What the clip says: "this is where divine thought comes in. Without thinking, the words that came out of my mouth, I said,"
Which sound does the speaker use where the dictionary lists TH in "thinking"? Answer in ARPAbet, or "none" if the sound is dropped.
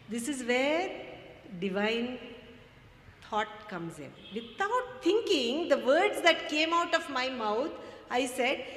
T